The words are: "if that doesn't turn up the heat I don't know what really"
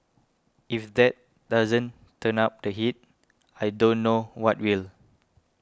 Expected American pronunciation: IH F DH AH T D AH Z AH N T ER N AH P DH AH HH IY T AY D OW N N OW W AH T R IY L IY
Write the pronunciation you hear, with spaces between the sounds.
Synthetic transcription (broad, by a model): IH F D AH T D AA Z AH N T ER N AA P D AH HH IY T AY D OW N N OW W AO T W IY L